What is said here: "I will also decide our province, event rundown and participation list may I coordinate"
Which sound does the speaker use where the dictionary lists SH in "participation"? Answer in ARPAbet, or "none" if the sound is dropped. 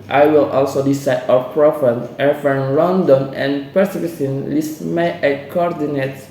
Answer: S